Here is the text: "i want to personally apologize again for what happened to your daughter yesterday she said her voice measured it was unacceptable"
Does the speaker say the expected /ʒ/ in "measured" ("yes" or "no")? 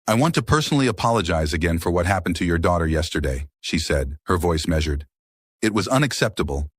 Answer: yes